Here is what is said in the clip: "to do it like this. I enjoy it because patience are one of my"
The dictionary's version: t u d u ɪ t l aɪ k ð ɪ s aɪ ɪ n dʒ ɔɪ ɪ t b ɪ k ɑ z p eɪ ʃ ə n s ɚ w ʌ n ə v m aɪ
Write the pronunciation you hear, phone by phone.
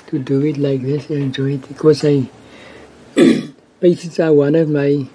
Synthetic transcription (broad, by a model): t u d u ɪ t l aɪ k ð ɪ s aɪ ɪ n dʒ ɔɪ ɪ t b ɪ k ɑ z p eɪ s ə s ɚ w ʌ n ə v m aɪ